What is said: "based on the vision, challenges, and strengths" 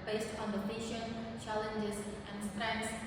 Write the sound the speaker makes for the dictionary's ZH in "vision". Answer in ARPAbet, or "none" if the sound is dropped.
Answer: SH